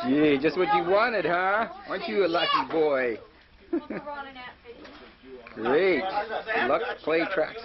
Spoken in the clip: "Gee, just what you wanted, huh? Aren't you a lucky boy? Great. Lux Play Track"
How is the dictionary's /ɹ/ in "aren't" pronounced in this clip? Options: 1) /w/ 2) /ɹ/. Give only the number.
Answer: 1